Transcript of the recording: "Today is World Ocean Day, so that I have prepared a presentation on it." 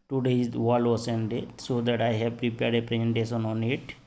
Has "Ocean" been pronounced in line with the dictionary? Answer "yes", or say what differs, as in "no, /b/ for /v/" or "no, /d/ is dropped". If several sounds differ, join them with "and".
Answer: no, /s/ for /ʃ/